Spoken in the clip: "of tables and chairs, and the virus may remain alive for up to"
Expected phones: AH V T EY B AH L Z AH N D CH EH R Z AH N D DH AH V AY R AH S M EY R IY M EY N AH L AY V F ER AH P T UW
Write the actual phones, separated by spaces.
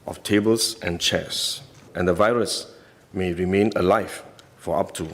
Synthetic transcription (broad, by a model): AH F T EY B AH L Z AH N CH EH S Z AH N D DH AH V AY R AH S M EY R IY M EY N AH L AY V F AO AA P T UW